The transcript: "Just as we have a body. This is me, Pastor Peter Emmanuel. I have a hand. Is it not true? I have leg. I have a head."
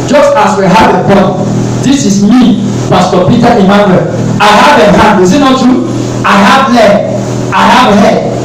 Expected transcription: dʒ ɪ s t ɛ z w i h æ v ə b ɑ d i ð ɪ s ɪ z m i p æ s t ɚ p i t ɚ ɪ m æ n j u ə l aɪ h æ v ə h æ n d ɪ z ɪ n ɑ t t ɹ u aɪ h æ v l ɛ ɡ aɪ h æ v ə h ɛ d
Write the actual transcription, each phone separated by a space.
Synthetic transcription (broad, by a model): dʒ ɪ s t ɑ s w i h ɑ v ə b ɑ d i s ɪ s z m i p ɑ s t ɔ p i t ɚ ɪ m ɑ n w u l aɪ h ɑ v ə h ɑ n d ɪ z ɪ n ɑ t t u aɪ h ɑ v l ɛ aɪ h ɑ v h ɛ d